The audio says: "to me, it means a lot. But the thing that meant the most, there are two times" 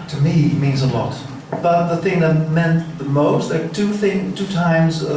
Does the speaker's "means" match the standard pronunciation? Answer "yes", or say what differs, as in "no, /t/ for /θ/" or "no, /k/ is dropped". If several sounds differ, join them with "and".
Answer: yes